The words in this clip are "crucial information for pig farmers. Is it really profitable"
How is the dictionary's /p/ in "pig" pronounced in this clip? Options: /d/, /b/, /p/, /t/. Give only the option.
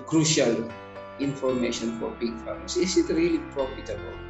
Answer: /b/